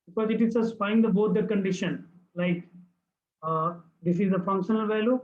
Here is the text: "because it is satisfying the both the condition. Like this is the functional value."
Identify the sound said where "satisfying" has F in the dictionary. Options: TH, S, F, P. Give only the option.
P